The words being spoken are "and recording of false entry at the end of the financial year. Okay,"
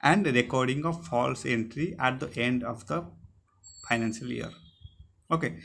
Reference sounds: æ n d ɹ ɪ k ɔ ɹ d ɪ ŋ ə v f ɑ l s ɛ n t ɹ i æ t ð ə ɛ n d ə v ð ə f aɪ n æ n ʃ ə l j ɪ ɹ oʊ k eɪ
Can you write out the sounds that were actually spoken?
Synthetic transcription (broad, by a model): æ n d ɹ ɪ k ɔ ɹ d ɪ ŋ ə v f ɑ l s ɛ n t ɹ i æ t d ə ɛ n d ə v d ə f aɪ n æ n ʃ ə l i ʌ ɹ oʊ k eɪ